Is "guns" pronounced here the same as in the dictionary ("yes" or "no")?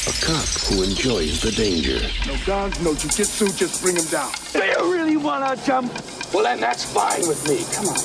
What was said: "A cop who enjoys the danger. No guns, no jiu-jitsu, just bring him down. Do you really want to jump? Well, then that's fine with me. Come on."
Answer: no